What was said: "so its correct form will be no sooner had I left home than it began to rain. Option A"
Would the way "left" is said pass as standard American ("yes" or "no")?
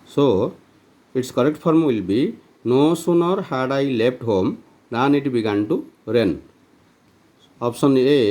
no